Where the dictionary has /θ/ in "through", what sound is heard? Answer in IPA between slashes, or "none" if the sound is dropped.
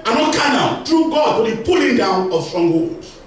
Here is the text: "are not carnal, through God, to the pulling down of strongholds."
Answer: /t/